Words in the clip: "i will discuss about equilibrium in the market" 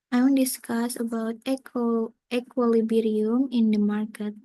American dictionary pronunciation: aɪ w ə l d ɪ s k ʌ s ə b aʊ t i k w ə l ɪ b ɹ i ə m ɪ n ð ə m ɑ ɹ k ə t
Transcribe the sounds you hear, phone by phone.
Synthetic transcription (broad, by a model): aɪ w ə n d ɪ s k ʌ s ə b aʊ t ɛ k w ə l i b ɹ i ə m ɪ n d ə m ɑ ɹ k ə t